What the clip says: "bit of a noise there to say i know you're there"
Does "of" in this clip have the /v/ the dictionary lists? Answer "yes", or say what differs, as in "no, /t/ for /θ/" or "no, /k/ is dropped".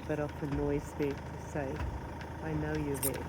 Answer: no, /f/ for /v/